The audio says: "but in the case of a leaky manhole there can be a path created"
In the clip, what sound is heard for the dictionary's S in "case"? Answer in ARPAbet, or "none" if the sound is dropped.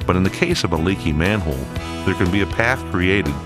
S